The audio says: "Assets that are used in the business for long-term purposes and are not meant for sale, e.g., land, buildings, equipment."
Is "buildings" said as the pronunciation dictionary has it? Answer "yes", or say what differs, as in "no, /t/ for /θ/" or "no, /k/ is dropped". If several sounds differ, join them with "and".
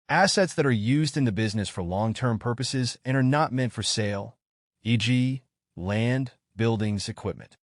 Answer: yes